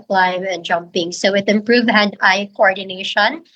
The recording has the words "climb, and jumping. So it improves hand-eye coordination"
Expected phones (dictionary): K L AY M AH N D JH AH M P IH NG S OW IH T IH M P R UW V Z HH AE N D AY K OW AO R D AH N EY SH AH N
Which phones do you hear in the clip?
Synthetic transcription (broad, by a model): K L AY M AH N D JH AH M P IH NG S OW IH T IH M P R UW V HH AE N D AY K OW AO R D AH N EY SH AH N